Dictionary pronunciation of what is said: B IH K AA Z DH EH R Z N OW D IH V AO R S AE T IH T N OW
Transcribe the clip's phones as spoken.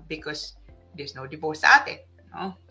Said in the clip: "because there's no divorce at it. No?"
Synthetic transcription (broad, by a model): B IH K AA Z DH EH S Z N OW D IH P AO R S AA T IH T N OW